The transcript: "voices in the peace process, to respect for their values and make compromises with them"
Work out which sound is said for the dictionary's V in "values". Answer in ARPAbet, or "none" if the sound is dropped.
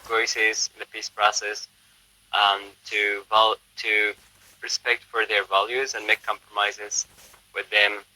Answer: V